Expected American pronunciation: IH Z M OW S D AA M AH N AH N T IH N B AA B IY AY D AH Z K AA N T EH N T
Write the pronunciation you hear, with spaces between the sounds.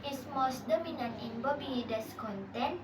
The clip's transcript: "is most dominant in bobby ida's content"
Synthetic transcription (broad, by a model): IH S M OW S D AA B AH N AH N IH N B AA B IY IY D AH S K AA N T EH N